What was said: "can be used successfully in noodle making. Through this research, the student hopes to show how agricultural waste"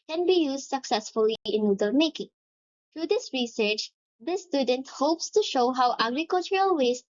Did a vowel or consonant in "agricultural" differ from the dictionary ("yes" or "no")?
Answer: no